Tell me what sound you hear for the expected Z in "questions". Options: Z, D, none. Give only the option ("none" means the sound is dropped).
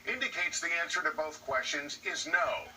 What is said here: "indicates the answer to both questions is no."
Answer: Z